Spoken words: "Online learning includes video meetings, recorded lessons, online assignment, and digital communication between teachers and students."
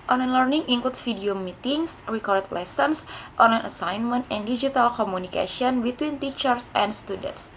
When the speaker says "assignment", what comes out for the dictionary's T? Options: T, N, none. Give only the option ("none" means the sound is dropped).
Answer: T